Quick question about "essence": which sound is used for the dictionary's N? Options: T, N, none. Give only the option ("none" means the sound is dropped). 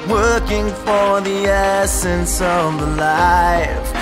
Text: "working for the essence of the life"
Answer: N